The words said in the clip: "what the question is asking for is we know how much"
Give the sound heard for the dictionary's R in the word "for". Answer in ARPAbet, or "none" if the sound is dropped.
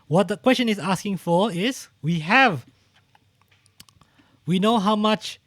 W